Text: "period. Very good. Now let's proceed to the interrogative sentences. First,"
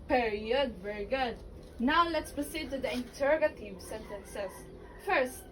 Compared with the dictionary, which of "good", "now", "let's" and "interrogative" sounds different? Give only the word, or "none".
none